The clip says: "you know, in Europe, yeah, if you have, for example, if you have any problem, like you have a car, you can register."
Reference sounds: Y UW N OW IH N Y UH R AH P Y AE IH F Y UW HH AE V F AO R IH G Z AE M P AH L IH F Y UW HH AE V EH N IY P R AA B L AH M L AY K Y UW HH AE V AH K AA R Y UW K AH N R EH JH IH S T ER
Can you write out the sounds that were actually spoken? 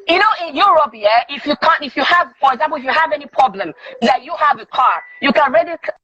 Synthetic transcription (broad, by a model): Y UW N OW IH N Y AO R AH F Y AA IH F Y UW HH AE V F AO R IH G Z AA M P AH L IH F Y UW HH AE V EH N IY P R AA B L AH M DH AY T Y UW HH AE V AH K AA R Y UW K AH N R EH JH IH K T